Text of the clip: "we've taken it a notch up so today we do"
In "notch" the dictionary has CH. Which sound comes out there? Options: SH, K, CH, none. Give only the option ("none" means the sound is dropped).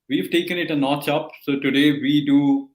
CH